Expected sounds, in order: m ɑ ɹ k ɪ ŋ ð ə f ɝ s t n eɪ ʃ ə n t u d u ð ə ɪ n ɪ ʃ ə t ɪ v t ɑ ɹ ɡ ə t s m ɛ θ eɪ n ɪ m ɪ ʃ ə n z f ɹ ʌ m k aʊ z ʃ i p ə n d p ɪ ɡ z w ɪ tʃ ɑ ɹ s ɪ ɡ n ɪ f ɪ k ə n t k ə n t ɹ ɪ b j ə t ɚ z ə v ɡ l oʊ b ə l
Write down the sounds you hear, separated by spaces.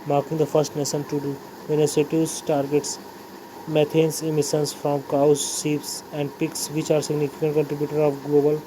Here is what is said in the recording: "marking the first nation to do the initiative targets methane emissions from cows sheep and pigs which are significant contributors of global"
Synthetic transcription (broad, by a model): m ɑ ɹ k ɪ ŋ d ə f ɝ s t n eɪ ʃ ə n t u d u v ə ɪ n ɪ s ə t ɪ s t ɑ ɹ ɡ ə t s m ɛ t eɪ n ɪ m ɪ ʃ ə n s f ɹ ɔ m k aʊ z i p ə n d p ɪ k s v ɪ tʃ ɑ ɹ s ɪ ɡ n ɪ f ɪ k ə n t k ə n t ɹ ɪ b j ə t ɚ ə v ɡ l oʊ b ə l